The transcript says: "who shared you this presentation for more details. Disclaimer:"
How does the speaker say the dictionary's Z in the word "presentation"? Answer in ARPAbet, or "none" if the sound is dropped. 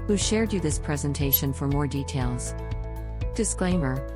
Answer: Z